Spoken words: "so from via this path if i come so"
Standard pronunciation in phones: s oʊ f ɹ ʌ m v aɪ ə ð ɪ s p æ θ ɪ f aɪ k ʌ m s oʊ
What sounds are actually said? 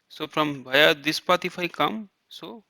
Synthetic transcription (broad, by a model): s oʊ p ɹ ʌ m b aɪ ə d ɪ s p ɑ t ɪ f aɪ k ʌ m s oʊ